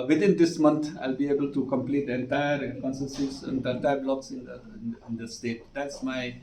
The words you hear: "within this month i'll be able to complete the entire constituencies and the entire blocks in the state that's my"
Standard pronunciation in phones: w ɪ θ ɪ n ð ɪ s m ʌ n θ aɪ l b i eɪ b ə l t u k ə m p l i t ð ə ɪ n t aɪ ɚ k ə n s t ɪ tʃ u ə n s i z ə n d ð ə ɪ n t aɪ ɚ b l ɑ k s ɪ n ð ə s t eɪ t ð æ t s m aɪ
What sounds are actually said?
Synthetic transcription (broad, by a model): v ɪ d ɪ n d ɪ s m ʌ n t aɪ l b i eɪ b ə l t u k ə m p l i t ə n t aɪ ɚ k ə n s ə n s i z ə n d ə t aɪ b l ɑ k s ɪ n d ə s t eɪ t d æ t s m aɪ